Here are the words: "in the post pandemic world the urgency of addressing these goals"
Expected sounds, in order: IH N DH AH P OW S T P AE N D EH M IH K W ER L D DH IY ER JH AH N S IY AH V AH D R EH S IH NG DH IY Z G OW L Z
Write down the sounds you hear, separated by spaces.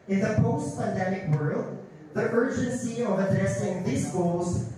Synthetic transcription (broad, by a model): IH N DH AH P OW S T P AE N D EH M IH K W ER L D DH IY ER JH AH N S IY AH V AH D R EH S IH NG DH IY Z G OW L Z